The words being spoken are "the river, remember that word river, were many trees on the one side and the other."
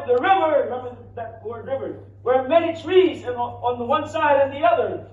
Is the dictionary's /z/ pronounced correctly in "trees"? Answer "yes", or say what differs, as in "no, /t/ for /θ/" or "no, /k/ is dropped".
yes